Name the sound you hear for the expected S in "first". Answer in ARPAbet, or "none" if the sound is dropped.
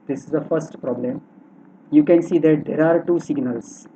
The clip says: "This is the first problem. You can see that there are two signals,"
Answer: S